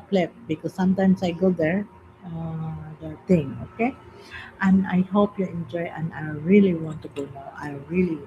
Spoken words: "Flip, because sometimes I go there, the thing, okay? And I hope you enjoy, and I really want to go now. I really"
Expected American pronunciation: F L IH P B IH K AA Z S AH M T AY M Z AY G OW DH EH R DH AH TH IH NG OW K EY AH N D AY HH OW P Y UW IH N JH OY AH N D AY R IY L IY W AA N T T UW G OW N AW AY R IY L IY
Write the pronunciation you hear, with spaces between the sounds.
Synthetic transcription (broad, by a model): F L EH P B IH K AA S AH M T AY M S AY G OW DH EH R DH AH T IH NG OW K EY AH N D AY HH OW P Y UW IH N JH OY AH N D AY R IY L IY W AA N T T UW G OW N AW AY R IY L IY